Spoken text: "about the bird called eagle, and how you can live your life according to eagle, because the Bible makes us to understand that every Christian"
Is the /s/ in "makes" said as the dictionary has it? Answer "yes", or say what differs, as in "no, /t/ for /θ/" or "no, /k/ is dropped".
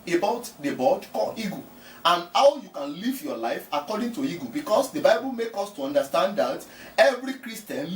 no, /s/ is dropped